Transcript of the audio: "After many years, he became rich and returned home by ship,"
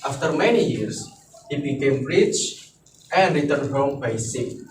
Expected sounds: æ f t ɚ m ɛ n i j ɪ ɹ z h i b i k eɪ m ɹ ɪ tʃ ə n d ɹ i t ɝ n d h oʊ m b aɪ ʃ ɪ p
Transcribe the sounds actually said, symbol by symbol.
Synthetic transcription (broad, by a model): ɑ f t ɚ m ɛ n i j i ɹ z h i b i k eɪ m ɹ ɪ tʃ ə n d ɹ i t ɝ n d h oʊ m b aɪ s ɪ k